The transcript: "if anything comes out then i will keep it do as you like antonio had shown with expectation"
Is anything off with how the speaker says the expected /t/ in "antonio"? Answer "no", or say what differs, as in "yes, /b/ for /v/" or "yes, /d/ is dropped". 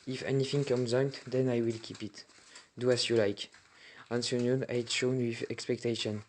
yes, /s/ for /t/